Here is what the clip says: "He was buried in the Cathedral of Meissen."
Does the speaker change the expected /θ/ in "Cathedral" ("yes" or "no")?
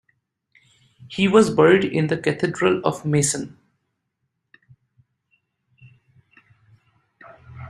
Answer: yes